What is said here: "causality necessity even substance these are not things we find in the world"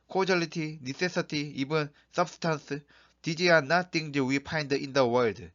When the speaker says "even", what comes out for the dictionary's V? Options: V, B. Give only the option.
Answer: B